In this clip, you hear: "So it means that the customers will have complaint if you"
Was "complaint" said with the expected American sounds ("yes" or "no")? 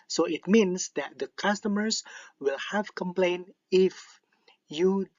no